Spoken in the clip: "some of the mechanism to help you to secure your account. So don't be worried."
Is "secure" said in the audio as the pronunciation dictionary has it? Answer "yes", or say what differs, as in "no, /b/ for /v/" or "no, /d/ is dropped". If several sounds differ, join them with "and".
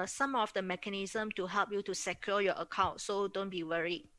no, /l/ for /ɹ/